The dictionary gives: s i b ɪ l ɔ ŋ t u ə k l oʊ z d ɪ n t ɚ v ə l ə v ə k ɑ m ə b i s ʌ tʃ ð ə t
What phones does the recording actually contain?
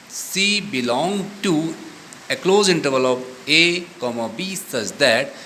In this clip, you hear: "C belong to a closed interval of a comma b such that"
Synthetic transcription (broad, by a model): s i b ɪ l ɔ ŋ t u ə k l oʊ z ɪ n t ɚ v ə l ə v ə k ɑ m ə b i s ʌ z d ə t